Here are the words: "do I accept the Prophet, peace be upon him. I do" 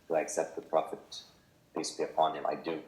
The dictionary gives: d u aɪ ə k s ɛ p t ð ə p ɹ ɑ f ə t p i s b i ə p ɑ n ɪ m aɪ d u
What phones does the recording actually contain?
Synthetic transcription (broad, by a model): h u aɪ ə k s ɛ p t ð ə p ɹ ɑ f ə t b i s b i ə p ɑ n ɪ m aɪ d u